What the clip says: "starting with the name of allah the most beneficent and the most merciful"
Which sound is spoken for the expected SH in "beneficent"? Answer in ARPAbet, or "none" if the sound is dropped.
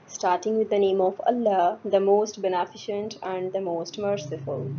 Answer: SH